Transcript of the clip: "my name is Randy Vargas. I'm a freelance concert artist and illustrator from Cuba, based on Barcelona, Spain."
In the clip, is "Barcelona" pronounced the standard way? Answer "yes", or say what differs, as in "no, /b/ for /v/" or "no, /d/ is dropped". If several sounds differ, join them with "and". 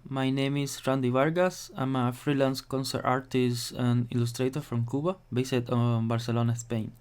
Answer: yes